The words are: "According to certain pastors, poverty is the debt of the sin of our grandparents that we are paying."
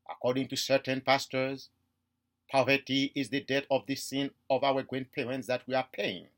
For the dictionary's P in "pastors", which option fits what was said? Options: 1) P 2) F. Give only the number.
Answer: 1